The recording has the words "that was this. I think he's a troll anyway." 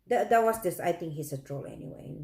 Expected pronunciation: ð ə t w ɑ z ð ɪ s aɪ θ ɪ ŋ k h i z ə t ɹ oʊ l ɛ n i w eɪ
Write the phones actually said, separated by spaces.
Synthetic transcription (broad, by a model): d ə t w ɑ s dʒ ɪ s aɪ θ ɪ ŋ k h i s ə t ɹ oʊ l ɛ n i w eɪ